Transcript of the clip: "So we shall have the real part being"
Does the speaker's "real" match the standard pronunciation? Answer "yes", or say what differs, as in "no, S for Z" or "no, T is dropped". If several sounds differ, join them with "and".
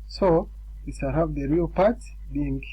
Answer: yes